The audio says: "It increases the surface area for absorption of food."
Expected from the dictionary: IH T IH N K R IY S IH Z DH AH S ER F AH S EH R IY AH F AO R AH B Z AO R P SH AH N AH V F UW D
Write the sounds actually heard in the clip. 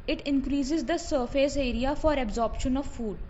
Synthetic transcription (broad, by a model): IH T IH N K R IY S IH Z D AH S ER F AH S EH R IY AH F AO R AH B Z AO R P SH AH N AH V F UW D